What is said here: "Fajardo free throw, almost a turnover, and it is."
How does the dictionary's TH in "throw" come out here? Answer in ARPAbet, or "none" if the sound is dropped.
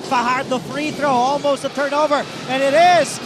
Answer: TH